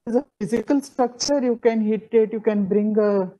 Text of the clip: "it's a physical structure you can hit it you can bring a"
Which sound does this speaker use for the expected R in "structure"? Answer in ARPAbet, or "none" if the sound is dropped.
R